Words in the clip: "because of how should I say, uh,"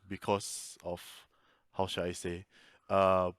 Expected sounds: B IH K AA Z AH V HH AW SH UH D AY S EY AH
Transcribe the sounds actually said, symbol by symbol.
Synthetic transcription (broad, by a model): B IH K AA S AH F HH AW SH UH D AY S EY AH